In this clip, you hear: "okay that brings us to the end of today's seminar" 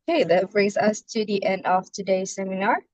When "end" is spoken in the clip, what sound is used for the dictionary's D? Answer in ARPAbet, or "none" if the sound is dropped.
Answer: D